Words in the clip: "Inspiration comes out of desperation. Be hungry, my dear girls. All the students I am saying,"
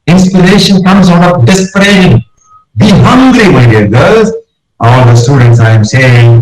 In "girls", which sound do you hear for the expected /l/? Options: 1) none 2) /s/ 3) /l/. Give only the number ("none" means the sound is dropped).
1